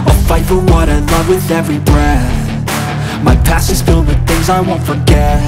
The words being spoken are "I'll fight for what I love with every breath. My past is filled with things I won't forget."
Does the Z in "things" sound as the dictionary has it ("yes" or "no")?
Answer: yes